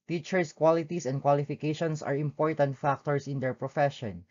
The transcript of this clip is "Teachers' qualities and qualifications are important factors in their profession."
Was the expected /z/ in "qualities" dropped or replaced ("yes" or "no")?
yes